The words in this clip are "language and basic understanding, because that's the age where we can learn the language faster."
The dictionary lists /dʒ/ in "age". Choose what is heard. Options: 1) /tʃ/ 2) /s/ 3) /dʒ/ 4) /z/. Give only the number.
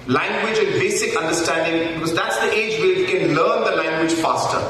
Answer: 3